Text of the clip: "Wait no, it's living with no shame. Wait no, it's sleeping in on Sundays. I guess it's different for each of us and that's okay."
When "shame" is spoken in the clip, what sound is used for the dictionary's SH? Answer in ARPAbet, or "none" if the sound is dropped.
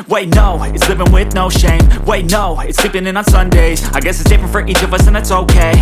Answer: SH